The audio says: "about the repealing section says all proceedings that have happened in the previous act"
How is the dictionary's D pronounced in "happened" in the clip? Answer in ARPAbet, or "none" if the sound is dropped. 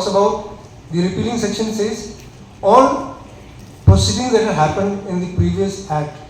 D